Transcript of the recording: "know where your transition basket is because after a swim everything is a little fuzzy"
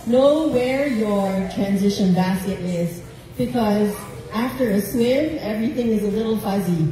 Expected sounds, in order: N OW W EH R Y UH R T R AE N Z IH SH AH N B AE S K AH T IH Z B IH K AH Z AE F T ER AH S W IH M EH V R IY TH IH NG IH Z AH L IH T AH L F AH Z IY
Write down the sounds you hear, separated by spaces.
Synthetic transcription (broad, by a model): N OW W EH R Y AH R T R AE N Z IH SH AH N B AE S K AH T IH Z B IH K AH Z AE F T ER AH S W IH M EH V R IY TH IH NG IH Z AH L IH T L F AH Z IY